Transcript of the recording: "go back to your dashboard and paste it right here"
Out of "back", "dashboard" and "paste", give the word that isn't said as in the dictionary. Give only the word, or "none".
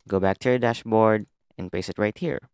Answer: paste